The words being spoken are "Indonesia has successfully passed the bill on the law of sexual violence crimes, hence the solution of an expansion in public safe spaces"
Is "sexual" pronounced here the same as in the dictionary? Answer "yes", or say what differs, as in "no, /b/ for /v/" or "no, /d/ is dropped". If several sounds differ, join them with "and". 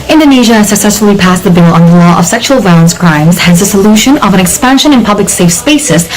yes